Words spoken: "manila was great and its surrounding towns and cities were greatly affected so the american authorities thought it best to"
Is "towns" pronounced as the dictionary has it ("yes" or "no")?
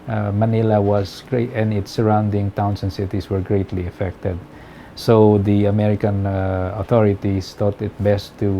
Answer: no